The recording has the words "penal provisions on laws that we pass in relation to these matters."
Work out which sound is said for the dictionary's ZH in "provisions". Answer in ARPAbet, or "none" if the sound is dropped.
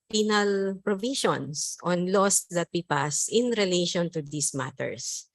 SH